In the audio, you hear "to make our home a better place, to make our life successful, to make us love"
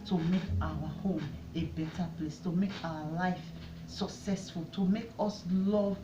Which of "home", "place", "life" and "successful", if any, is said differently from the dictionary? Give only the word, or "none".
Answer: none